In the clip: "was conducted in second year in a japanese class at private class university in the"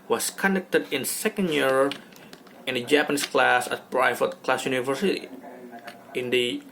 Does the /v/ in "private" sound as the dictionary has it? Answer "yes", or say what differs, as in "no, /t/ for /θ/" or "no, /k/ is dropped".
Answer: no, /f/ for /v/